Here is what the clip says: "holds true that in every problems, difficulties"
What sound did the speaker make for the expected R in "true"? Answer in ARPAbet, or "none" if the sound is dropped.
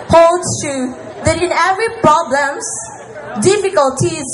none